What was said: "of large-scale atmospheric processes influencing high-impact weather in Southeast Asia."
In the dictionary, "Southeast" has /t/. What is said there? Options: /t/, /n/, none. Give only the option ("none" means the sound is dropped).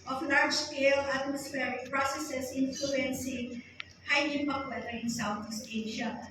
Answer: none